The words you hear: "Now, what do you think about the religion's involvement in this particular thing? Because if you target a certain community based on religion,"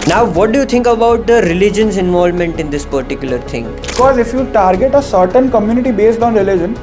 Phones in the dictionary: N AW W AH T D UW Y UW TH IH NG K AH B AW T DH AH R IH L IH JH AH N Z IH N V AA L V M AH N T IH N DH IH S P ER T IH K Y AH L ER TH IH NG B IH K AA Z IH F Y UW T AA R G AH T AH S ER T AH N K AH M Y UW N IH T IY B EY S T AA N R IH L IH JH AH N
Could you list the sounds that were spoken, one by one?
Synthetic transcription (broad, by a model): N AW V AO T D UW Y UW T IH NG K AH B AW T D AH R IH L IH JH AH N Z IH N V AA L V M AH N T IH N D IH S P ER T IH K Y AH L ER T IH NG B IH K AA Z IH F Y UW T AA R G AH T AH S ER T AH N K AH M Y UW N IH T IY B EY S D AA N R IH L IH JH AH N